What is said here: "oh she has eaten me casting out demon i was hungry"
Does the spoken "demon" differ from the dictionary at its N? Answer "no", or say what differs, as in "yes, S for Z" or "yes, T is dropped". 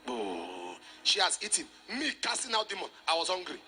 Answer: no